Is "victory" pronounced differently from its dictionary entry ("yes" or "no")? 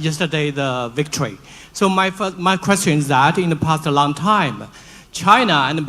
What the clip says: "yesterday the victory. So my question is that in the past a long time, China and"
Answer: no